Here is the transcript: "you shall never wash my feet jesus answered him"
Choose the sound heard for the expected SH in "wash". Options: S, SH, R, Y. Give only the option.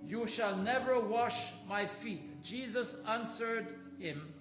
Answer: SH